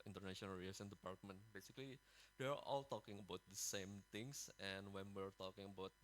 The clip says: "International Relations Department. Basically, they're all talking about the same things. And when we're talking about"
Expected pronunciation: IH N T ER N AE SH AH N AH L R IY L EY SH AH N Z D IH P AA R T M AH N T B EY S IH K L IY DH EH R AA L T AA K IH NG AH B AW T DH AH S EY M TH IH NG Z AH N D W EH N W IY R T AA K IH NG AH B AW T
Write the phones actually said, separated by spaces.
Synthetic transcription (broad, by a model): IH N T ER N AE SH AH N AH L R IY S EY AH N D IH P AA R T M AH N T B EY S IH K L IY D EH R AA L T AA K IH NG AH B AW T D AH S EY M T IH NG S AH N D W EH N W IY R T AA K IH NG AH B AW T